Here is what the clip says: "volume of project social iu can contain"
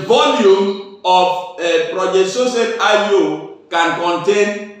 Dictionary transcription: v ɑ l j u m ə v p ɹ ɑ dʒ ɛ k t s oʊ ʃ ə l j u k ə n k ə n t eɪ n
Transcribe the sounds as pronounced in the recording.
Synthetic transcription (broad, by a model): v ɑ l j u m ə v p ɹ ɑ dʒ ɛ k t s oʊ s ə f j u k ə n k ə n t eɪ n